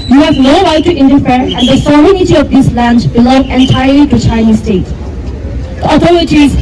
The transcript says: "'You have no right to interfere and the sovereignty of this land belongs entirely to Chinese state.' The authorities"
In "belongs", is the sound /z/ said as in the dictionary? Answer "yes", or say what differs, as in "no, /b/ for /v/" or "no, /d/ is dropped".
no, /z/ is dropped